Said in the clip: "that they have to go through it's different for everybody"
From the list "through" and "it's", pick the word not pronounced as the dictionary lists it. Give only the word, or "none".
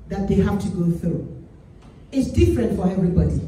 none